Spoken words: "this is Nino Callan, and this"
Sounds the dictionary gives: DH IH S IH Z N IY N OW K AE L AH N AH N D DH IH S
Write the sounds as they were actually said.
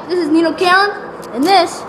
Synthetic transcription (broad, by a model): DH IH S IH Z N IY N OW K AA AH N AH N DH IH S